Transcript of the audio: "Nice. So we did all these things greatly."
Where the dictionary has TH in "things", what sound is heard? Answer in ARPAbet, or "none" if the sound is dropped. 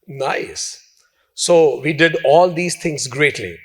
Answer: T